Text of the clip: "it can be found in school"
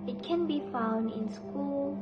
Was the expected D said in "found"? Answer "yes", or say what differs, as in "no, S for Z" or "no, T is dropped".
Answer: yes